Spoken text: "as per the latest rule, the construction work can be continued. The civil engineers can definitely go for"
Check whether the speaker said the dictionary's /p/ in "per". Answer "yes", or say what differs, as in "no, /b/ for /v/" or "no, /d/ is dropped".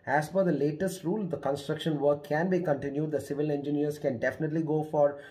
no, /f/ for /p/